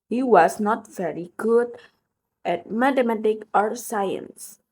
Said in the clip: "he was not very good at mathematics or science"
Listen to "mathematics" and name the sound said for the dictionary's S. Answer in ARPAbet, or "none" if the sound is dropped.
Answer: none